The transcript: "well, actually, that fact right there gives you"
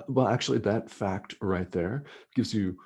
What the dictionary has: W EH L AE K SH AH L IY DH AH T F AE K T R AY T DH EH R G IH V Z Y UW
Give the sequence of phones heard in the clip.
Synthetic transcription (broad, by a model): W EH L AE K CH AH L IY DH AH T F AE K T R AY T DH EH R G IH V Z Y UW